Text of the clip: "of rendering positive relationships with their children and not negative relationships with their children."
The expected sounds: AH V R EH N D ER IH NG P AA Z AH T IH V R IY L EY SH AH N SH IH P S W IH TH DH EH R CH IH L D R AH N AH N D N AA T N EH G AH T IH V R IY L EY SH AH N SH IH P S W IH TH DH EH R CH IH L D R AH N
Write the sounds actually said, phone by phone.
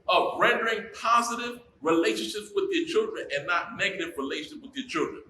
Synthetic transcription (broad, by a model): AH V R EH N D ER IH NG P AA Z AH T IH V R IY L EY SH AH N SH IH P S W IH DH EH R CH IH L D R AH N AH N N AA T N EH G AH T IH V R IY L EY SH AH N SH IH P W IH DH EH R CH IH L D R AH N